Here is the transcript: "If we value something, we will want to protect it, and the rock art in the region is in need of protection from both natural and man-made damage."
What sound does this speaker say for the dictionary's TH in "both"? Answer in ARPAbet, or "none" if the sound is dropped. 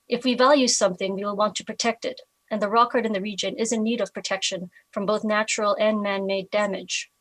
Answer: TH